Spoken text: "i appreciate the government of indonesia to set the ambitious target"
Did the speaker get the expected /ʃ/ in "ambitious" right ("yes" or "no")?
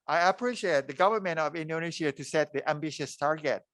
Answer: yes